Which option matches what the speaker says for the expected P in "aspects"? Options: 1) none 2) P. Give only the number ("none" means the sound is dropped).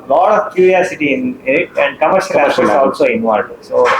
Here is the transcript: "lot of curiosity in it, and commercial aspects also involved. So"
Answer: 1